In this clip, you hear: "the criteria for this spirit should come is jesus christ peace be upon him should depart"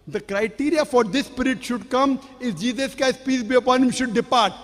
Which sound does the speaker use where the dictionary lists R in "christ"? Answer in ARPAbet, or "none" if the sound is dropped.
none